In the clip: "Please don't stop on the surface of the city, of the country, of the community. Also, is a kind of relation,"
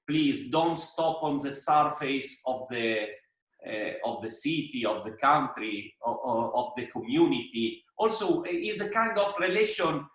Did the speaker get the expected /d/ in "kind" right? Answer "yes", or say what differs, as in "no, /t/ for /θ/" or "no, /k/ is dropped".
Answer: yes